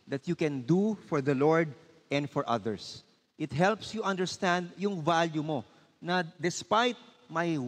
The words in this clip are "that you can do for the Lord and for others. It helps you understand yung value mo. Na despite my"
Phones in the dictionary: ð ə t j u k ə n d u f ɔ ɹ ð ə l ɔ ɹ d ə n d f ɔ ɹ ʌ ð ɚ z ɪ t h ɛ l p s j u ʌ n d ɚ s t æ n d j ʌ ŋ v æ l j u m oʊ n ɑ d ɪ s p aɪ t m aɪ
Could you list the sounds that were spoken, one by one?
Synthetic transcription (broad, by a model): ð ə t j u k ə n d u f ɔ ɹ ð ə l ɔ ɹ d ə n d f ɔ ɹ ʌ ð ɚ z ɪ t h ɛ l p s j u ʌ n d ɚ s t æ n d j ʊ ŋ v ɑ l j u m oʊ n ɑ d ɪ s p aɪ t m aɪ